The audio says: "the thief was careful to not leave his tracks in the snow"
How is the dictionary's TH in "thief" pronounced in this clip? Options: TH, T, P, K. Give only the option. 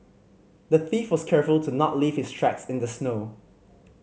TH